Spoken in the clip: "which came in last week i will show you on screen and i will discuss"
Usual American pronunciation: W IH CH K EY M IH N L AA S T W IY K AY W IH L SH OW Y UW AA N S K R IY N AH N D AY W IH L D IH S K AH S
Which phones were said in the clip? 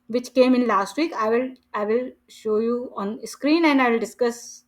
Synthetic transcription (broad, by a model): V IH CH K EY M IH N L AA S T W IY K AY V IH L SH OW Y UW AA N S K R IY N AH N D AY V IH L D IH S K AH S